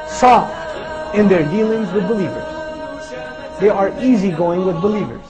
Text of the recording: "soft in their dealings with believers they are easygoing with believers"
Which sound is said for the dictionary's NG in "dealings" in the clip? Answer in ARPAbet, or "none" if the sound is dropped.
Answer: NG